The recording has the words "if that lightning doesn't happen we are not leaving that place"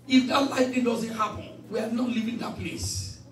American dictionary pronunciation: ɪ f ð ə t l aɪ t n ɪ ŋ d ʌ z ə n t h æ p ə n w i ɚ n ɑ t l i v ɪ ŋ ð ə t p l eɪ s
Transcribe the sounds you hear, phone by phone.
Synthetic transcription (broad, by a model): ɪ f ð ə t l aɪ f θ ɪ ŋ d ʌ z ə n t h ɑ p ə n w i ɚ n ɑ t l i v ɪ ŋ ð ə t p l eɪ s